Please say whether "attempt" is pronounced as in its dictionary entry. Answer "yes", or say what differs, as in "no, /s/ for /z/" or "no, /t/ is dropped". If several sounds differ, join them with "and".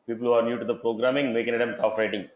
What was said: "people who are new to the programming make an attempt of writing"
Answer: no, /p/ is dropped